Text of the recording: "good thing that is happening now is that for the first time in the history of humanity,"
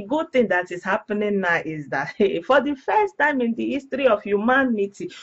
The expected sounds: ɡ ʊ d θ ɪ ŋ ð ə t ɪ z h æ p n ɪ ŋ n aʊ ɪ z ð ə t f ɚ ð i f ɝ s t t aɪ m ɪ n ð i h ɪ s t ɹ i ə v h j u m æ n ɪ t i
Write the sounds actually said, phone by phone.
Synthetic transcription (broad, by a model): ɡ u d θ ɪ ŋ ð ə t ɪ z h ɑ p n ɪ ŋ n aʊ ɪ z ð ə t f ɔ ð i f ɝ s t t aɪ m ɪ n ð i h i s t ɹ i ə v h j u m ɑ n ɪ t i